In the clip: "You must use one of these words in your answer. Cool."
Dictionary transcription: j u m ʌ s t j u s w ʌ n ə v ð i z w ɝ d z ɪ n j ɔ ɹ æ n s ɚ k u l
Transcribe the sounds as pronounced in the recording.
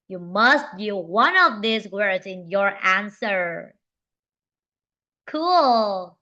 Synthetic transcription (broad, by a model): j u m ʌ s t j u w ʌ n ə v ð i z w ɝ d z ɪ n j ɔ ɹ æ n s ɚ k u l